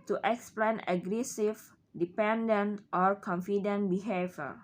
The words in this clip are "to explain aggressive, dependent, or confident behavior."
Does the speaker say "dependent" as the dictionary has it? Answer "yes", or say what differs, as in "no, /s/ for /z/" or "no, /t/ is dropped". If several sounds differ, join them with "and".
yes